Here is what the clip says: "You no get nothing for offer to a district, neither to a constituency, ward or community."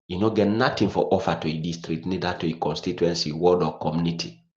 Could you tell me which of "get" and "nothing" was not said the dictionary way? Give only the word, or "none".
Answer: nothing